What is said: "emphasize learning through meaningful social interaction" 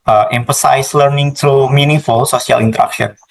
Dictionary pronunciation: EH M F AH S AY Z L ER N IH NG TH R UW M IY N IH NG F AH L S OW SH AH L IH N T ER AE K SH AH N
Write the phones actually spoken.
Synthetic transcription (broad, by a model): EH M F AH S AY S L ER N IH NG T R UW M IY N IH F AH L S OW S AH L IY N T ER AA K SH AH N